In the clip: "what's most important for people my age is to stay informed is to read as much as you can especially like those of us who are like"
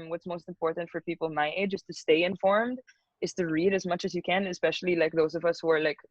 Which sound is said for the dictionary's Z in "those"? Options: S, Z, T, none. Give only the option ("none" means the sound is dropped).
Z